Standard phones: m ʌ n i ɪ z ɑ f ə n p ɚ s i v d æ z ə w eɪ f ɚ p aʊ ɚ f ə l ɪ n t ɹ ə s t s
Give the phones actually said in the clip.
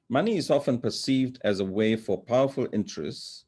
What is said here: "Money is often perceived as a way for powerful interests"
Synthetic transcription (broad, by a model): m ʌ n i ɪ z ɑ f ə n p ɚ s i v d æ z ə w eɪ f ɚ p aʊ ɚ f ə l ɪ n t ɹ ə s t s